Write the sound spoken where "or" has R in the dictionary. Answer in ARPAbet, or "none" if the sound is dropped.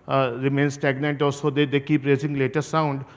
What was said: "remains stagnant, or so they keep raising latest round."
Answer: L